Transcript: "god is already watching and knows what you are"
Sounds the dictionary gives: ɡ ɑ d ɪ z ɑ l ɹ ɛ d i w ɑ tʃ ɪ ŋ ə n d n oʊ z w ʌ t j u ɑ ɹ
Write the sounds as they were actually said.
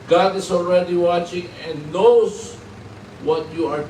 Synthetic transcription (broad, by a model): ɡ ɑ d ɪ s ɑ l ɹ ɛ d i w ɑ tʃ ɪ ŋ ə n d n oʊ s w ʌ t j u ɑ ɹ